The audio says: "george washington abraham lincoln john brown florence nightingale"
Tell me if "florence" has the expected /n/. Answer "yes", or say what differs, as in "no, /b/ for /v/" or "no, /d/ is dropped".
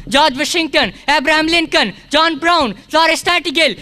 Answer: no, /n/ is dropped